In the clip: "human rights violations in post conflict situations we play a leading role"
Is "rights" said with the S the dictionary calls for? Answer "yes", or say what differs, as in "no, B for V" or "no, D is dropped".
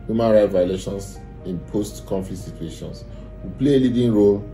no, S is dropped